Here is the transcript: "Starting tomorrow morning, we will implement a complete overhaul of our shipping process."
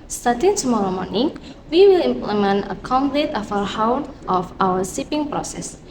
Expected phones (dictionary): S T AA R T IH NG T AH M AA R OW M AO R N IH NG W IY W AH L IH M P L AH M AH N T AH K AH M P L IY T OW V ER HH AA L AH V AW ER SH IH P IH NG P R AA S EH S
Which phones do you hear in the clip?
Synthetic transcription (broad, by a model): S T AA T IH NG T AH M AA R OW M AO R N IH NG W IY W AH L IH M P L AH M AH N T AH K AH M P L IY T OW F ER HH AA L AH F AW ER S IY P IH NG P R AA S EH S